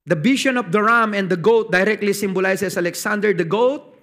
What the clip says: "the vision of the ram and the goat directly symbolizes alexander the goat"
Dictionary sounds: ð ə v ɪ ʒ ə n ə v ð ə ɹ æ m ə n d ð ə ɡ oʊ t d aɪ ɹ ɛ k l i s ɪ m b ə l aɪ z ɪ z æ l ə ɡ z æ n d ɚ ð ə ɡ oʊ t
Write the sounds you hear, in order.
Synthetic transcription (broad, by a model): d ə b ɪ ʃ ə n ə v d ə ɹ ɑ m ə n d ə ɡ oʊ t d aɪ ɹ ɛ k l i s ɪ m b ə l aɪ s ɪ s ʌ l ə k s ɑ n d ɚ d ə ɡ oʊ t